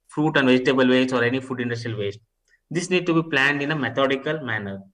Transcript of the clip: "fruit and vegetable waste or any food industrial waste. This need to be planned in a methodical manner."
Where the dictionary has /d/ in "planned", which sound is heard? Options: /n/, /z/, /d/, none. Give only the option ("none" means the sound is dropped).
/d/